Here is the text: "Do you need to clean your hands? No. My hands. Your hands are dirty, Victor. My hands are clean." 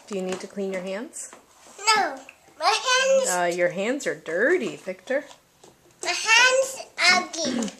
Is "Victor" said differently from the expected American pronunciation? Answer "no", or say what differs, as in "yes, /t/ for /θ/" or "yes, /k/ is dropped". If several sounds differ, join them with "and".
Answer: yes, /p/ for /v/